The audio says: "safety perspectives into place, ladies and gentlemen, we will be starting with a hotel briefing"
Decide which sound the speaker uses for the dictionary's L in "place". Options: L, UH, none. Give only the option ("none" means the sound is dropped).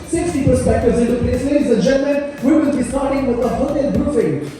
none